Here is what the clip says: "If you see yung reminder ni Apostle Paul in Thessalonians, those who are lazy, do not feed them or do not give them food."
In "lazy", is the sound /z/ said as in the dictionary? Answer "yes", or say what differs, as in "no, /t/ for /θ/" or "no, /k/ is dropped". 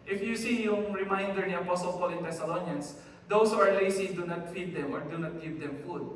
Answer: no, /s/ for /z/